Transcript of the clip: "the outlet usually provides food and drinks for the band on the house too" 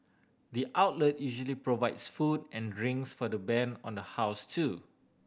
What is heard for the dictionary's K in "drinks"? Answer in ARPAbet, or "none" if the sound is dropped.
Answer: none